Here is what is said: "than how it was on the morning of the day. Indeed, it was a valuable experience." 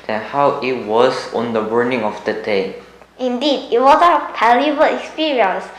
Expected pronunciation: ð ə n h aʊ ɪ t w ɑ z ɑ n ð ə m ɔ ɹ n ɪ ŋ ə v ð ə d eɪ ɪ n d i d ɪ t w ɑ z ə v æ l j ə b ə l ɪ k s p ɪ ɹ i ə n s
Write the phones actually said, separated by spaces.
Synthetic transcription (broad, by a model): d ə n h aʊ ɪ t w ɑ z ɑ n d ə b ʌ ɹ n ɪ ŋ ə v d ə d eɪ ɪ n d i d ɪ t w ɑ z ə p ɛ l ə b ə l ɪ k s p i ɹ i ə n s